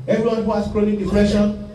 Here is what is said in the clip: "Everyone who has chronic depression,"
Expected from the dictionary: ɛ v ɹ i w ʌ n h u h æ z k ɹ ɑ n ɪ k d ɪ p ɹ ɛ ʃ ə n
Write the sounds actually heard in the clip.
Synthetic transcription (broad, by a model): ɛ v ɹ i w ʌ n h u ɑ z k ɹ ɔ l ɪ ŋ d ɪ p ɹ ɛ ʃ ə n